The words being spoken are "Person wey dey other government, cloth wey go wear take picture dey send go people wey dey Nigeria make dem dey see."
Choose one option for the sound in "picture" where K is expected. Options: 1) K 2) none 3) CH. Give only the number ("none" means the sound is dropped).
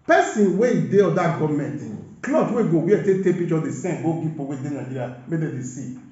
2